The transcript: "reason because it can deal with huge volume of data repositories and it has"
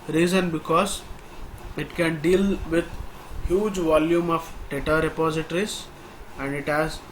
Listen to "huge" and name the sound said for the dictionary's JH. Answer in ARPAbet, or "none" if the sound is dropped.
JH